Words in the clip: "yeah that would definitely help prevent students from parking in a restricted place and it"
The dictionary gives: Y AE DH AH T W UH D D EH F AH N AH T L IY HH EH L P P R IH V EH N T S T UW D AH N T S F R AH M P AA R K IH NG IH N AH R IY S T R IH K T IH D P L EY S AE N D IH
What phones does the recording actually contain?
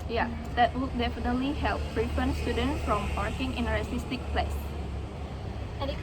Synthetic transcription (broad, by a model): Y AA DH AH T W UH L D EH F AH N AH T L IY HH EH L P P R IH F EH N S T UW D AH N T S F R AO M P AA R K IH NG IH N AH R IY S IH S T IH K P L EY S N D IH